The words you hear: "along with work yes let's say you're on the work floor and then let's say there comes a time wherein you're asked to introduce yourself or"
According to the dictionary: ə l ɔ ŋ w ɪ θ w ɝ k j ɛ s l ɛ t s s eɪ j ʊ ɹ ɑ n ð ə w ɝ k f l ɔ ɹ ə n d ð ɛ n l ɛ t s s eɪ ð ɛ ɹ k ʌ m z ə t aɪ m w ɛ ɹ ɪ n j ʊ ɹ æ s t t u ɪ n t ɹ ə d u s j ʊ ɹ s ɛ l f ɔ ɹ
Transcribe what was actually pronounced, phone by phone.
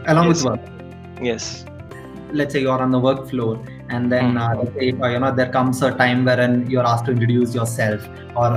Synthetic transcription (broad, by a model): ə l ɔ ŋ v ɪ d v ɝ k j ɛ s l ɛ t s s eɪ j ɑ ɹ ɑ n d ə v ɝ k f l ɔ ɹ ə n d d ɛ n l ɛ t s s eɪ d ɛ ɹ k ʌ m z ə t aɪ m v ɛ ɹ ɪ n j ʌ ɹ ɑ s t t u ɪ t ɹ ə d u s j ʊ ɹ s ɛ l f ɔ ɹ